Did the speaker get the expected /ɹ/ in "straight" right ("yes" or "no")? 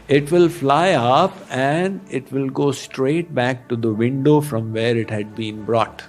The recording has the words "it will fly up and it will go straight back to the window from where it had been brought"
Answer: yes